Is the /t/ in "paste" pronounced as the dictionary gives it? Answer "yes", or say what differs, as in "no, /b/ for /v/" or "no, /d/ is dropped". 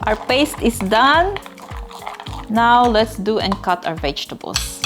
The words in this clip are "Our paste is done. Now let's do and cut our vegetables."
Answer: yes